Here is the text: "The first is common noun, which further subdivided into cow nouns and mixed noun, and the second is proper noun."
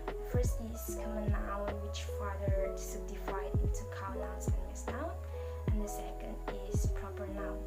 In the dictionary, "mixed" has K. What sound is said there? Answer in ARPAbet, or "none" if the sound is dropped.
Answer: none